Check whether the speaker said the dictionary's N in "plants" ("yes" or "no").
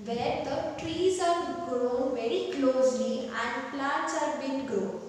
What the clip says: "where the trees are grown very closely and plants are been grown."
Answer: no